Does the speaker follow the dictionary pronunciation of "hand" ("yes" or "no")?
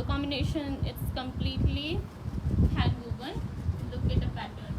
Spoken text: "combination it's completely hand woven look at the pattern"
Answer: no